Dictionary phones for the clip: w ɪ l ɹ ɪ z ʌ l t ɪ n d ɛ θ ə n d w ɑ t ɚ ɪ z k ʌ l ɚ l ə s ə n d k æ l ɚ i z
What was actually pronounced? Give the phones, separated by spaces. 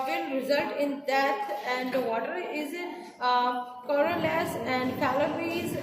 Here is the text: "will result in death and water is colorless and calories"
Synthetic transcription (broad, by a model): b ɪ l ɹ ɪ z ʌ l t ɪ n d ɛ t ə n d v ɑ t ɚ ɪ z k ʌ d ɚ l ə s ə n d k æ l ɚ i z